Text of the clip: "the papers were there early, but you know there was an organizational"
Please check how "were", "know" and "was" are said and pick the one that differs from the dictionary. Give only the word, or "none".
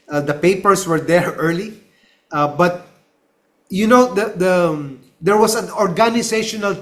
was